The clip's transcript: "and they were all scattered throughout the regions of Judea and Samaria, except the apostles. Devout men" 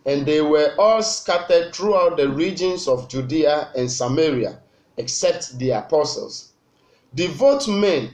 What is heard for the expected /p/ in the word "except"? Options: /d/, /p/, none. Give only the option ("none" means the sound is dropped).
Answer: /p/